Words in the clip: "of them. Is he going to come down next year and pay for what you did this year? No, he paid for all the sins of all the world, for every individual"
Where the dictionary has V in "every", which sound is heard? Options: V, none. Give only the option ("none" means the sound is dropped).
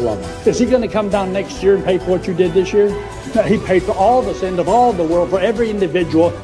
V